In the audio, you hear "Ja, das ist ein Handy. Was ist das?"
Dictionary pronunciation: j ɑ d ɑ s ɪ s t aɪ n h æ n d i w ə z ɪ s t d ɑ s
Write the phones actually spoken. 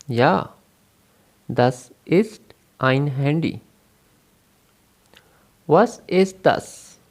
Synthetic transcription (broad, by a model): j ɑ d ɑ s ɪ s t aɪ n h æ n d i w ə s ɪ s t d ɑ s